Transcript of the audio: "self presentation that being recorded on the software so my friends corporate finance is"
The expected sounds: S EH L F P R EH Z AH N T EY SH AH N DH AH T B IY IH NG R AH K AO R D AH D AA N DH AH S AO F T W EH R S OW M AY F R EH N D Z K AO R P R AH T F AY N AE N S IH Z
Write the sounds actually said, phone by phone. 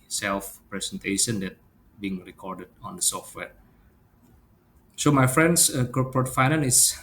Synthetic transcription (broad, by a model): S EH L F P R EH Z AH N T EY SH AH N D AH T B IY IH NG R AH K AO R D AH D AA N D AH S AO F T W EH R S OW M AY F R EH N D S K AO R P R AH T F AY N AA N IH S